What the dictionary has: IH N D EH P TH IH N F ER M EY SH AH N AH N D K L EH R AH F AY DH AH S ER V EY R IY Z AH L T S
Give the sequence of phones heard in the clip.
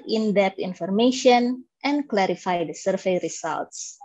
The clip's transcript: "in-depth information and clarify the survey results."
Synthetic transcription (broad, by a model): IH N D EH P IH N F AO M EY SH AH N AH N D K L EH R AH F AY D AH S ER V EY R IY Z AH L T S